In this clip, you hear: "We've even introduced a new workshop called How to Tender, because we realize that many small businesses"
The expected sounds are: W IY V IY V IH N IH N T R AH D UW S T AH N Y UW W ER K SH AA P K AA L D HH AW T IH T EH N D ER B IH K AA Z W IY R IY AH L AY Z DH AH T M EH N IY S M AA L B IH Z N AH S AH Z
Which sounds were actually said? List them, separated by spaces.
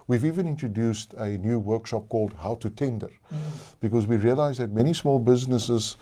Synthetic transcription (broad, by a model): W IY V IY V IH N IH N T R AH D UW S T AH N Y UW W ER K SH AA P K AA L D HH AW T IH T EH N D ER B IH K AA Z W IY R IY AH L AY Z DH AH T M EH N IY S M AA L B IH Z N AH S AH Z